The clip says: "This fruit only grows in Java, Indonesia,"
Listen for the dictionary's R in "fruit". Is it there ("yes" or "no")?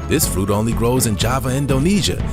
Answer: yes